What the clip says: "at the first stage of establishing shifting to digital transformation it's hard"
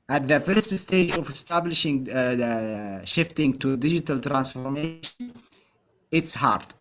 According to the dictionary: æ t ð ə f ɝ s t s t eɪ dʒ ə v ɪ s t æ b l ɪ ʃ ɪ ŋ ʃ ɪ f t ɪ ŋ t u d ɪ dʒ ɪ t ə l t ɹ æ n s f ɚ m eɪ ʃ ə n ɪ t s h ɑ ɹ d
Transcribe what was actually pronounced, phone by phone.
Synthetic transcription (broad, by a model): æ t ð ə f ɝ s t s t eɪ dʒ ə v ɪ s t æ b l ɪ ʃ ɪ ŋ ʃ ɪ f t ɪ ŋ t u d ɪ dʒ ɪ t ə l t ɹ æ n s f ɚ m eɪ ʃ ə n ɪ t s h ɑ ɹ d